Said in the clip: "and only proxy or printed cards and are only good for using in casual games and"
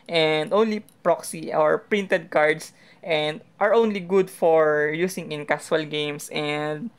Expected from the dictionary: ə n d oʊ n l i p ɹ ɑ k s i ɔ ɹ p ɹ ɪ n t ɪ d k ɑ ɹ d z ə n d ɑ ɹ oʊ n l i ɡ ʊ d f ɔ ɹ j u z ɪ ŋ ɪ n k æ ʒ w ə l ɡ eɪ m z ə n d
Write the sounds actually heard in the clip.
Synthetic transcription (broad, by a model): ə n d oʊ n l i p ɹ ɑ k s i ɔ ɹ p ɹ ɪ n t ɪ d k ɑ ɹ d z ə n d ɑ ɹ oʊ n l i ɡ ʊ d f ɔ ɹ j u s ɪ ŋ ɪ n k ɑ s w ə l ɡ eɪ m s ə n d